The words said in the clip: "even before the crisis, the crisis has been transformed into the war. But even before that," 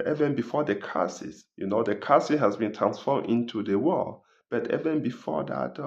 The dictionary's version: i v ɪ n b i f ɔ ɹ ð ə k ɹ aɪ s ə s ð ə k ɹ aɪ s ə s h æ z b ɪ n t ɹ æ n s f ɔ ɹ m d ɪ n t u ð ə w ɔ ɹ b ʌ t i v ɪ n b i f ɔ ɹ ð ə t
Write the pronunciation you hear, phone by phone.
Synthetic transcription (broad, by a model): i v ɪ n b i f ɔ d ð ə k aɪ s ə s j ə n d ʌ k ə s h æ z b ɪ n t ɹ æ n s f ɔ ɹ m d ɪ n t u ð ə w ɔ l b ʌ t i v ɪ n b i f ɔ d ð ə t